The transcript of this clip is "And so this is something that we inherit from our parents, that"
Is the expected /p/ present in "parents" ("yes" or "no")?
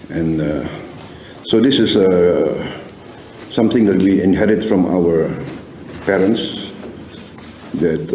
yes